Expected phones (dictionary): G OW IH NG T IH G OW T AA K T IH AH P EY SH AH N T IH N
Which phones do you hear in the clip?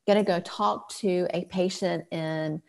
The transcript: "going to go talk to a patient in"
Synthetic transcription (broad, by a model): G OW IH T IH G OW T AA K T IH AH P EY SH AH N T IH N